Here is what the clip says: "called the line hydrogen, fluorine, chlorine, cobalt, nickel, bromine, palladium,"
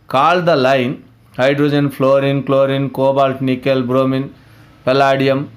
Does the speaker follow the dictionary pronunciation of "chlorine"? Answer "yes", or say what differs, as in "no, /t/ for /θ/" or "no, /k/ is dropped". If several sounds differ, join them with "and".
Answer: yes